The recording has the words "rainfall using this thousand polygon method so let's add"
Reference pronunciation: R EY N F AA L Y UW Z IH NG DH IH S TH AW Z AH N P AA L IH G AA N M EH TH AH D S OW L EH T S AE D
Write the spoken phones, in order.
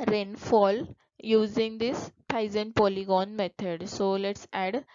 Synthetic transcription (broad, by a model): R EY N F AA L Y UW Z IH NG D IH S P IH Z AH N P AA L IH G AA N M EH T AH D S OW L EH T S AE D